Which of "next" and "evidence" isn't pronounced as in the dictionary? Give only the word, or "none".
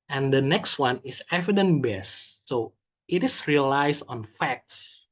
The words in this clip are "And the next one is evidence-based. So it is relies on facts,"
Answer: evidence